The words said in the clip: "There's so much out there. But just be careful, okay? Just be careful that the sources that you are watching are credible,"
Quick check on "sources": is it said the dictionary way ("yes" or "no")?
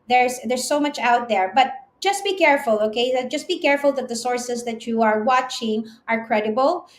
no